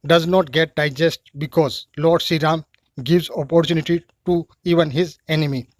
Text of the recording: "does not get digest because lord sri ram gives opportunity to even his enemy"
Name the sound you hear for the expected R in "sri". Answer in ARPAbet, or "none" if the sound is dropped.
none